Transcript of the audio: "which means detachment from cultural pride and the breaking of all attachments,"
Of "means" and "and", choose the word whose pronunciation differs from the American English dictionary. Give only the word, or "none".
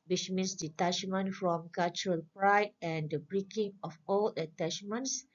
means